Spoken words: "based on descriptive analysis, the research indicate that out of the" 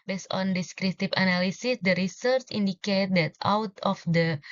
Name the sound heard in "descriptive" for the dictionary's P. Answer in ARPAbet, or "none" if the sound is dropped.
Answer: none